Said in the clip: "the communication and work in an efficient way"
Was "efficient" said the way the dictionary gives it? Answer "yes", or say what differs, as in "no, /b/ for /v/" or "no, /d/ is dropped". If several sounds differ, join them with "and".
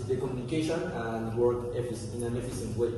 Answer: no, /s/ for /ʃ/